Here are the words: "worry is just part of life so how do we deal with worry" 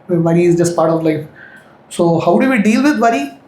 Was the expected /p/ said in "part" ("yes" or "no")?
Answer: yes